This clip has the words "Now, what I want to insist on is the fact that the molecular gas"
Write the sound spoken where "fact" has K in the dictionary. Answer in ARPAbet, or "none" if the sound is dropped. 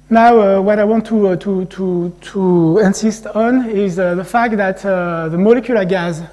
K